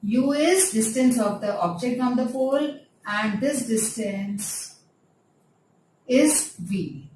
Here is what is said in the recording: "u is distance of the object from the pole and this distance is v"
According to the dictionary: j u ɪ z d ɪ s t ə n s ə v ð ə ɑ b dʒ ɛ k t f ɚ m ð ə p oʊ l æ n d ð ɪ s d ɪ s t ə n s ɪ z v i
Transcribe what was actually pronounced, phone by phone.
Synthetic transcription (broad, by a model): j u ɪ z d ɪ s t ə n s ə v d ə ɑ b dʒ ɛ k t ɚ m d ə f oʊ l æ n d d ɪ s d ɪ s t ə n s ɪ z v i